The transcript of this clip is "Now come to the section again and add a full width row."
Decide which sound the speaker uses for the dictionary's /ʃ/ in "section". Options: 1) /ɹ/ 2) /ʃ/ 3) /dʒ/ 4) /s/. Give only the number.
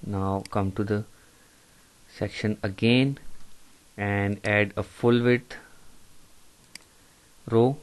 2